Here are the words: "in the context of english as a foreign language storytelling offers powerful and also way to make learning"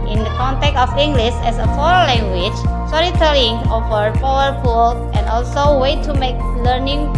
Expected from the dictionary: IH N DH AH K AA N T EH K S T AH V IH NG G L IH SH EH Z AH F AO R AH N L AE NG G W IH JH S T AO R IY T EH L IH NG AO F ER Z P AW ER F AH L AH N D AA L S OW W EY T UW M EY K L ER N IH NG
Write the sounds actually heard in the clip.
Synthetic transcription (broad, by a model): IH N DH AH K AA N T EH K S AH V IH NG G L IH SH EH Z AH F AO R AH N L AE NG G W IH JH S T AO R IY T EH L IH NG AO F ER P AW ER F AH L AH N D AA L S OW W EY T UW M EY K L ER N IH NG